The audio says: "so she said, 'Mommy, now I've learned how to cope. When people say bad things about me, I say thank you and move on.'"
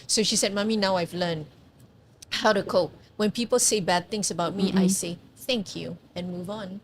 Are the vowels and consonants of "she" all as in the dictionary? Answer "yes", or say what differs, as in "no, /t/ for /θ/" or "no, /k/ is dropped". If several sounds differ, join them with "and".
yes